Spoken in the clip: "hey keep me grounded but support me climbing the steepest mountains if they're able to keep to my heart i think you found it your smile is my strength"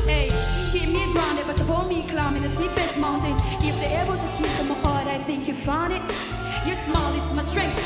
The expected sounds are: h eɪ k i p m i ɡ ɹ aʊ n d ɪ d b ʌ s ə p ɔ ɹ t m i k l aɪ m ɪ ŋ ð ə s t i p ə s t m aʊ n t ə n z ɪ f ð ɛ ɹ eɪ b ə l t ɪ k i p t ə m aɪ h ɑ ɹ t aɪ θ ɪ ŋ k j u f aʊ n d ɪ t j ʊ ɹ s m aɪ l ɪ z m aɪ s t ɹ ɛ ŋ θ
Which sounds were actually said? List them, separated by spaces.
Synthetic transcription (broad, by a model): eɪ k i m i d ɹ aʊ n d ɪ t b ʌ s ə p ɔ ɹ m i k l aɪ m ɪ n ð ə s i f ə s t m aʊ n t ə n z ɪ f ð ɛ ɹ eɪ b ə l t ɪ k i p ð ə m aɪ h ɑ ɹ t aɪ θ ɪ ŋ k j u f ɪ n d ɪ t j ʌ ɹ s m aɪ l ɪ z m aɪ s t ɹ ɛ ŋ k